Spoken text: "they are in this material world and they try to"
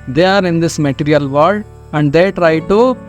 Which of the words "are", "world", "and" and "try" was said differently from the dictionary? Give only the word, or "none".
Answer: world